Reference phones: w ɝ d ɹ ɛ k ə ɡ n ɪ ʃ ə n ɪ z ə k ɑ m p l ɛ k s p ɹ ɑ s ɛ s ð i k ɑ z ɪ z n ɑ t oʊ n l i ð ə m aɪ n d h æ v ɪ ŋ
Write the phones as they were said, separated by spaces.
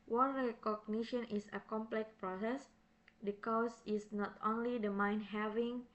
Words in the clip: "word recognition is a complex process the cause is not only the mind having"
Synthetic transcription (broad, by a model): w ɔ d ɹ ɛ k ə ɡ n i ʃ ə n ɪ s ə k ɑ m p l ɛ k p ɹ ɑ s ɛ s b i k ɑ s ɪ s n ɑ t oʊ n l i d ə m aɪ n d h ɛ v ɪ ŋ